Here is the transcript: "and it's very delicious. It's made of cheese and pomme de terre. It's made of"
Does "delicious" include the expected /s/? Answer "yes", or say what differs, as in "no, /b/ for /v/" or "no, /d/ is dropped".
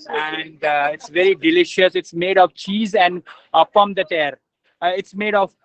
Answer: yes